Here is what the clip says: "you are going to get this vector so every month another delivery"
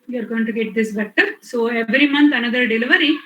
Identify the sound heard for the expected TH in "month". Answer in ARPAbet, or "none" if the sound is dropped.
T